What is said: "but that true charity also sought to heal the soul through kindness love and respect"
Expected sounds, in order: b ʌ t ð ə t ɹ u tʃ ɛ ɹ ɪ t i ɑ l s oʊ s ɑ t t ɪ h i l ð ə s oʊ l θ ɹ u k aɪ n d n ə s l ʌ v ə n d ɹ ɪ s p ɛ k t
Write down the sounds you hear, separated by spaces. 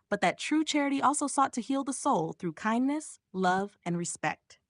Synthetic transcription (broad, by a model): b ʌ t ð ə t ɹ u tʃ ɛ ɹ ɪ t i ɑ l s oʊ s ɑ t t ɪ h i l ð ə s oʊ l θ ɹ u k aɪ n n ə s l ʌ v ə n ɹ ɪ s p ɛ k t